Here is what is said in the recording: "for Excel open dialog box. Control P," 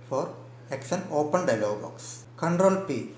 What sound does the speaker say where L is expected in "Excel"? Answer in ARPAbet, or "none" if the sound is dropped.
N